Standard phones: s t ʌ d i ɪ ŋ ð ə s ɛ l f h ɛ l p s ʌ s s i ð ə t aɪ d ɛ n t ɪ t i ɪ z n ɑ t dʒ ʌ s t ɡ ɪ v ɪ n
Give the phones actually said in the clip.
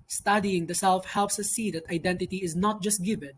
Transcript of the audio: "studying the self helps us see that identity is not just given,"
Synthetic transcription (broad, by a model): s t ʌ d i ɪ ŋ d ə s ɛ l f h ɛ l p s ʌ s s i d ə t aɪ d ɛ n t ɪ t i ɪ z n ɑ t dʒ ʌ s t ɡ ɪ v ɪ n